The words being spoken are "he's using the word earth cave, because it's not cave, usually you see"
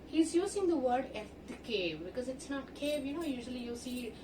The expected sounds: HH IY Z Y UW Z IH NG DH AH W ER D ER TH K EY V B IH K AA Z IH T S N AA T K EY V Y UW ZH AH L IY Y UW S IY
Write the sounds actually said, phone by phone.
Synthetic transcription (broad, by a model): HH IY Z Y UW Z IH NG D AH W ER D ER F K EY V B IH K AA Z IH T S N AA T K EY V Y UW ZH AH L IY Y UW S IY